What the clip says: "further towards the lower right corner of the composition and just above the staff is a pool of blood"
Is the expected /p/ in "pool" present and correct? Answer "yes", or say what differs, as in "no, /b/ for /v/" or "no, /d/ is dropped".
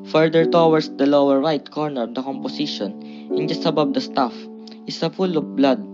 no, /f/ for /p/